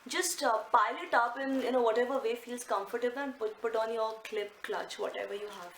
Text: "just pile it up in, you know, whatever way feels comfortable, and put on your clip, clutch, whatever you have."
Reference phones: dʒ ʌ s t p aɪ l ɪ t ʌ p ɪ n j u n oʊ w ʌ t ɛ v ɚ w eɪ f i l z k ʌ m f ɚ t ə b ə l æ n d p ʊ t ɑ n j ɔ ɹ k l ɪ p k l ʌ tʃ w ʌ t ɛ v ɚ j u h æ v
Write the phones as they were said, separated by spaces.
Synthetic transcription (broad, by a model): dʒ ʌ s t p aɪ l ɪ t ʌ p ɪ n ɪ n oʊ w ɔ t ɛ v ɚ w eɪ f i l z k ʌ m f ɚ t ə b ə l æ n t p ʊ t ɑ n j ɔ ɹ k l ɪ p k l ʌ tʃ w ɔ t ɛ v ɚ j u h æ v